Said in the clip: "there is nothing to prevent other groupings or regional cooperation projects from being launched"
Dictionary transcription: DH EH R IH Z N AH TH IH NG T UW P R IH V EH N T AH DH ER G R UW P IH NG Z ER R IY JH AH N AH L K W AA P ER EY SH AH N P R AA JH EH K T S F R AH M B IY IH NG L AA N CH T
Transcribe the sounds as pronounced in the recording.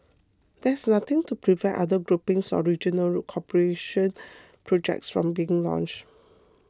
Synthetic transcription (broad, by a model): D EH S N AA T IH NG T UW P R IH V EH T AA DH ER G R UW P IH NG S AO R IY JH AH N AH L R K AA P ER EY SH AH N P R AA JH EH K T S F R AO M B IY IH NG L AA N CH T